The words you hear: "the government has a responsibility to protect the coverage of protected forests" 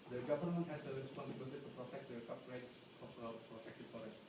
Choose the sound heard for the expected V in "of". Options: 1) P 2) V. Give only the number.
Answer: 1